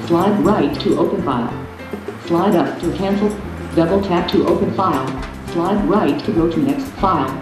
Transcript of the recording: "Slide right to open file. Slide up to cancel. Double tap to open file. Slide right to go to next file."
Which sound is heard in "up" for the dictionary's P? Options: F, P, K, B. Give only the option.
P